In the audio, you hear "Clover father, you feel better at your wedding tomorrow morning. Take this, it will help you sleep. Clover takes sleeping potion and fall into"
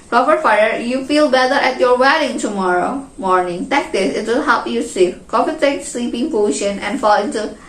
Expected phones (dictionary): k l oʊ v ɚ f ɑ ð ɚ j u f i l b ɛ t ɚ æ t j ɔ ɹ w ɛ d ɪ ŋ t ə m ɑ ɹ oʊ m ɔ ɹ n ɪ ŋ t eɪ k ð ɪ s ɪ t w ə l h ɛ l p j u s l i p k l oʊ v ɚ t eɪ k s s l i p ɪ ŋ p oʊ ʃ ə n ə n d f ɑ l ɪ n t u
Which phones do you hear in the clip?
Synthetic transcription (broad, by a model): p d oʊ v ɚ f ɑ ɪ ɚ j u f i l b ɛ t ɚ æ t j ɔ ɹ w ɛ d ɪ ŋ t ə m ɑ ɹ oʊ m ɔ ɹ n ɪ ŋ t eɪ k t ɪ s ɪ t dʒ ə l h ɛ l p j u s i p k oʊ f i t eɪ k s s l i p ɪ ŋ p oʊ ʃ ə n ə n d f ɑ l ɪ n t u